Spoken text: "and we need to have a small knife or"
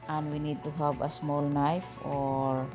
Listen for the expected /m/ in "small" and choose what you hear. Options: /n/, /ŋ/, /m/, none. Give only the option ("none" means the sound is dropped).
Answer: /m/